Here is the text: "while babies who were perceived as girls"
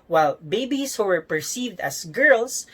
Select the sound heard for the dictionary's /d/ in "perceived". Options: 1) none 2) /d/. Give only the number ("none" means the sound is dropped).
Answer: 2